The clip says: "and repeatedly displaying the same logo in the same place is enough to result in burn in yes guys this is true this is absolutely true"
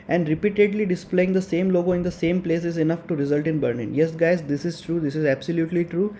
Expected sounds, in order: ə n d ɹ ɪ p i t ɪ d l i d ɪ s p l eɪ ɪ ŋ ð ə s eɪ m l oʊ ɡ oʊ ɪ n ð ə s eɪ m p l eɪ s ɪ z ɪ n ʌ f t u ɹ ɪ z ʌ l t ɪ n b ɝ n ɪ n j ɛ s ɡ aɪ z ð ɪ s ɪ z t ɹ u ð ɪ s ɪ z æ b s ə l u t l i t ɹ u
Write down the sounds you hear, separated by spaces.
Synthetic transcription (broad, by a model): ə n d ɹ ɪ p i t ɪ d l i d ɪ s p l eɪ ɪ ŋ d ə s eɪ m l oʊ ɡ oʊ ɪ n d ə s eɪ m p l eɪ s ɪ z ɪ n ʌ f t u ɹ ɪ z ʌ l t ɪ n b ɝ l ɪ n j ɛ s ɡ aɪ z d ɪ s ɪ z t ɹ u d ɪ s ɪ z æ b s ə l u t l i t ɹ u